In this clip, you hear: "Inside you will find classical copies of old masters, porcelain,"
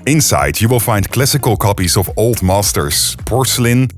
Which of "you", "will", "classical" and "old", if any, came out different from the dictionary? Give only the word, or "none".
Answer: none